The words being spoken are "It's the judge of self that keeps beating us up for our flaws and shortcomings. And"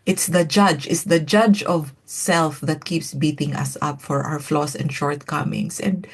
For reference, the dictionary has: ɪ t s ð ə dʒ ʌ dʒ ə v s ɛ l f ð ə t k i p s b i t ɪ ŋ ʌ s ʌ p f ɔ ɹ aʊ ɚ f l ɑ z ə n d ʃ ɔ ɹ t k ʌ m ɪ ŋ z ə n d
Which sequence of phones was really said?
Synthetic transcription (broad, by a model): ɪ t s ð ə dʒ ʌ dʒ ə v s ɛ l f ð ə t k i p s b i t ɪ ŋ ʌ s ʌ p f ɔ ɹ aʊ ɚ f l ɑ s ə n d ʃ ɔ ɹ t k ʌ m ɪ ŋ s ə n d